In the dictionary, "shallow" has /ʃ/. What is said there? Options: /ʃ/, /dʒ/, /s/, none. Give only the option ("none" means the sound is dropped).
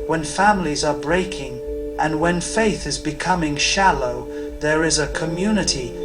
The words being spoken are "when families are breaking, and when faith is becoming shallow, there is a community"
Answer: /ʃ/